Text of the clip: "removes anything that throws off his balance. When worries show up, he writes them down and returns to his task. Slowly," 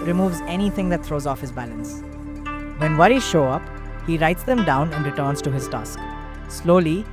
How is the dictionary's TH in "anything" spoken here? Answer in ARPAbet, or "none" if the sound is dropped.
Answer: T